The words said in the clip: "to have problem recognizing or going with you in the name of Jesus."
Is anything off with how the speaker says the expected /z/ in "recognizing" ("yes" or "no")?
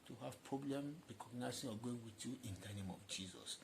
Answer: yes